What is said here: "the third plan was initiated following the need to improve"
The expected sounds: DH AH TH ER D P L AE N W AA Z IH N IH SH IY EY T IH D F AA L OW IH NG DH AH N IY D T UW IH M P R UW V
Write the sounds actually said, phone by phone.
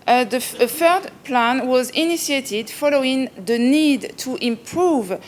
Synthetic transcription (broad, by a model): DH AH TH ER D P L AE N W AA Z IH N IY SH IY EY T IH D F AA L OW IH NG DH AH N IY D T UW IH M P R UW V